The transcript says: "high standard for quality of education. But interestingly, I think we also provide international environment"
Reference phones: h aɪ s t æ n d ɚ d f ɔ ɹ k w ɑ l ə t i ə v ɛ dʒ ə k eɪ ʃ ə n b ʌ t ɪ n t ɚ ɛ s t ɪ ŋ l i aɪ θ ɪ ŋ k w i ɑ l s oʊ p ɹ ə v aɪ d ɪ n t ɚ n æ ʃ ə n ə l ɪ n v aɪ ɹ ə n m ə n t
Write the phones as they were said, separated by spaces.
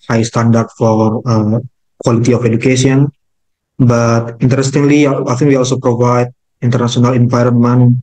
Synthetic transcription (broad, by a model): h aɪ s t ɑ n d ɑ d f ɔ ɹ k w ɑ l ə t i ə f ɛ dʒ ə k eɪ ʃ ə n b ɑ t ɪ n t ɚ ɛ s t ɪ ŋ l i aɪ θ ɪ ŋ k w i ɑ l s oʊ p ɹ ə v aɪ d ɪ n t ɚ n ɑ s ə n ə l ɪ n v aɪ ɹ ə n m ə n